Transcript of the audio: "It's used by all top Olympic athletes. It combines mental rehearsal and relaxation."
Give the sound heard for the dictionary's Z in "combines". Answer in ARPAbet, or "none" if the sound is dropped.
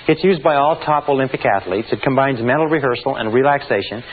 Z